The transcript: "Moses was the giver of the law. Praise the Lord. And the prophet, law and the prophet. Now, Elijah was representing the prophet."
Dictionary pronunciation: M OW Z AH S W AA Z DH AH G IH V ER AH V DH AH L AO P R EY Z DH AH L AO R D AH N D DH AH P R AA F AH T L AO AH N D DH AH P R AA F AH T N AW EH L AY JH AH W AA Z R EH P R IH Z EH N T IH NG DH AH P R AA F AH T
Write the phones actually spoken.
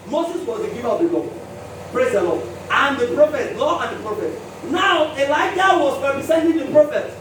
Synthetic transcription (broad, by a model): M OW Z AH S W AA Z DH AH G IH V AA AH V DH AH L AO P R EY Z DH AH L AO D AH N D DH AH P R AA F AH T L AO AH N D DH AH P R AA F AH T N AW EH L AY JH AH W AA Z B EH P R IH S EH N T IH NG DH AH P R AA F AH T